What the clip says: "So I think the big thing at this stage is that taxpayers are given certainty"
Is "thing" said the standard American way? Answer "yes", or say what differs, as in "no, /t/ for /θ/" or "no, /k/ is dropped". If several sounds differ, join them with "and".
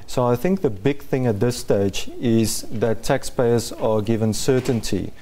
yes